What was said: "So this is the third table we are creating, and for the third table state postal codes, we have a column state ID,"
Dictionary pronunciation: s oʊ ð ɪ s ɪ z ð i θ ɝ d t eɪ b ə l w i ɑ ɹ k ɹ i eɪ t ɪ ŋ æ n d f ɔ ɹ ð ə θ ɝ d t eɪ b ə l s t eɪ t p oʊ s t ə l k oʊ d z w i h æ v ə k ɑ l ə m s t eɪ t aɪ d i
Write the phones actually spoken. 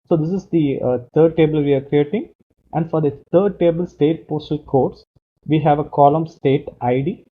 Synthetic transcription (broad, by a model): s oʊ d ɪ s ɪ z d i t ɝ d t eɪ b ə l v i ɑ ɹ k ɹ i eɪ t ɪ ŋ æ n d f ɔ ɹ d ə t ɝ d t eɪ b ə l s t eɪ t p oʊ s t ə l k oʊ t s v i h æ v ə k ɑ l ə m s t eɪ t aɪ d i